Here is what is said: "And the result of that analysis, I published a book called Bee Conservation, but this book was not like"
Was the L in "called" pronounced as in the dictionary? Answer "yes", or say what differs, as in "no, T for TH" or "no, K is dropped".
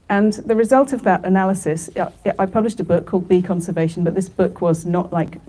yes